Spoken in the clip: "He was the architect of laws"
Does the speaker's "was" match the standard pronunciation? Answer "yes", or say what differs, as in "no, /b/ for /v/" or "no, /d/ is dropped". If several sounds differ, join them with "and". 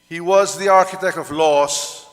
yes